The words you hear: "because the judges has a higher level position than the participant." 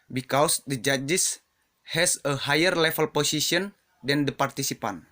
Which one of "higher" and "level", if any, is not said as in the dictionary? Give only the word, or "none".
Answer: level